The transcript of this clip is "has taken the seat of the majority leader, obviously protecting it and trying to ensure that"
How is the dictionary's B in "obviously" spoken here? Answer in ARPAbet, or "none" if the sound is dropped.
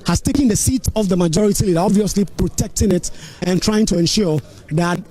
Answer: B